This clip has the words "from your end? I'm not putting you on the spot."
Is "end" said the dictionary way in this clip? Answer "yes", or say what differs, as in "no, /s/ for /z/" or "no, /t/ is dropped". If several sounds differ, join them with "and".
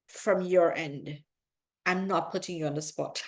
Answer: yes